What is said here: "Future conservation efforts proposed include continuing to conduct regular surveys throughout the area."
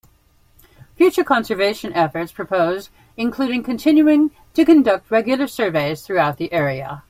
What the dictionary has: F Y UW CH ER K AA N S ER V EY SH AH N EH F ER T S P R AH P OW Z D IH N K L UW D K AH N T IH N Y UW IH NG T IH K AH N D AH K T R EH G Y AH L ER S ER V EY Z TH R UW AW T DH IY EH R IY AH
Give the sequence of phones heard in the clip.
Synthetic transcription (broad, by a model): F Y UW CH ER K AA N S ER V EY SH AH N EH F ER T S P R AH P OW Z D IH N K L UW D K AH N T IH N Y UW IH NG T IH K AH N D AH K T R EH G Y L ER S ER V EY Z TH R UW AW T DH IY EH R IY AH